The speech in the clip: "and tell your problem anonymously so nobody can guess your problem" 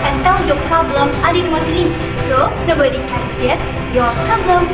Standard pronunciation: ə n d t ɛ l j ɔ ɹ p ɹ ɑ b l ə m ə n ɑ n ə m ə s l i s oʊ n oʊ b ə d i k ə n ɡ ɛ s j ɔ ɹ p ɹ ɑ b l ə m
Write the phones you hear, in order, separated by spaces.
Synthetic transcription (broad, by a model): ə n t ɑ w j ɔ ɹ p ɹ ɑ b l ə m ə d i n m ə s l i s oʊ n oʊ b ə d i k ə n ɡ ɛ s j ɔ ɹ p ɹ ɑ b l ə m